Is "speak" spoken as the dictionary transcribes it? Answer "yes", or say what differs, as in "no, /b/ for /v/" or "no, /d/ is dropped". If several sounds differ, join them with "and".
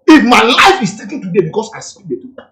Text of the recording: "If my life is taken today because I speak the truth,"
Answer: no, /p/ is dropped